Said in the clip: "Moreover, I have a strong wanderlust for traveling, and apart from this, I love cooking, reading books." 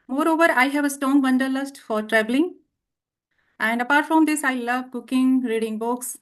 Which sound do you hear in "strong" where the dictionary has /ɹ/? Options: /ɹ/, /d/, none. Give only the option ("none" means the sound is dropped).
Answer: none